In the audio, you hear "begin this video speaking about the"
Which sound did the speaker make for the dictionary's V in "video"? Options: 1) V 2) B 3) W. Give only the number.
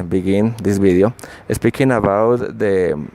2